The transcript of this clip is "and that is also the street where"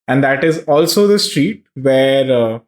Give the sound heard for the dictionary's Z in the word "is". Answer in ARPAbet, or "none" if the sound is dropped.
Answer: Z